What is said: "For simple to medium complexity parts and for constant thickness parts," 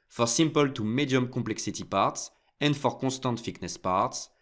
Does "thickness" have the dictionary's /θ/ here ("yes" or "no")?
no